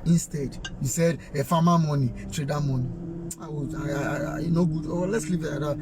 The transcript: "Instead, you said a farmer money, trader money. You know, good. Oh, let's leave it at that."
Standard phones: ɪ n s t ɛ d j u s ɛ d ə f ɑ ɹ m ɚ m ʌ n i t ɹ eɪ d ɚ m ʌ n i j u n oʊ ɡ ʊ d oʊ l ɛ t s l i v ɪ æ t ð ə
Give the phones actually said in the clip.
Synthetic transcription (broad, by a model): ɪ n s t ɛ d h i s ɛ d ə f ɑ m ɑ m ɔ n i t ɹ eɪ d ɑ m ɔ n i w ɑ n oʊ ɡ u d oʊ l ɛ t s l i v ɪ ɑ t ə